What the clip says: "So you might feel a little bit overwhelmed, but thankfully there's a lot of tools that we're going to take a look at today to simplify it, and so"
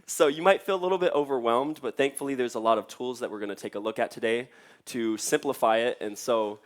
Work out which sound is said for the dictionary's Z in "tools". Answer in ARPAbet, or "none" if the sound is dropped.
Z